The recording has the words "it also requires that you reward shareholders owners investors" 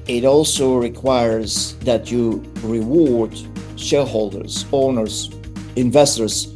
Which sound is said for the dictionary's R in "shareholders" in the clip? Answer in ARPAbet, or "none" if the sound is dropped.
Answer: L